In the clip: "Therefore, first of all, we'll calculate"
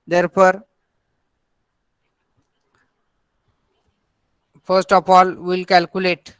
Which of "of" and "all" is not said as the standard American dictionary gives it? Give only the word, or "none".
of